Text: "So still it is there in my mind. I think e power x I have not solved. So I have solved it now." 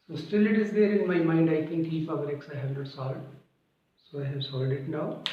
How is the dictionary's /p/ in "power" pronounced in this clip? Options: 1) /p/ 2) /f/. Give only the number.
2